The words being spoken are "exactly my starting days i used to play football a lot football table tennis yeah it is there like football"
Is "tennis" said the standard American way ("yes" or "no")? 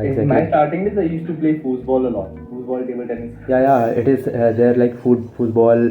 no